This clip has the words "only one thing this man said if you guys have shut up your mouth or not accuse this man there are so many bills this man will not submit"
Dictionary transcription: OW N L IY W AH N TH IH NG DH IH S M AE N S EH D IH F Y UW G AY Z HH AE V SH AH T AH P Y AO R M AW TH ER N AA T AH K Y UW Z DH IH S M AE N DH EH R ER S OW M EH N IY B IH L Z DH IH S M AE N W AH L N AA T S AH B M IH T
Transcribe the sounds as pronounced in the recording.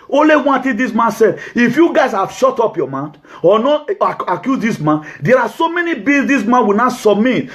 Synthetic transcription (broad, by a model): OW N L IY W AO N T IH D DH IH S M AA N S EH D IH F Y UW G AY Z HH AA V SH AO T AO P Y AO M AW T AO N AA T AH K Y UW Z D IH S M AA N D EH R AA S OW M EH N IY B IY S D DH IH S M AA N W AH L N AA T S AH B M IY T